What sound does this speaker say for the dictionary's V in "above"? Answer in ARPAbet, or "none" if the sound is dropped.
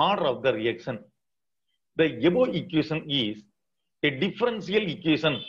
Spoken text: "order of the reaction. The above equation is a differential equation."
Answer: none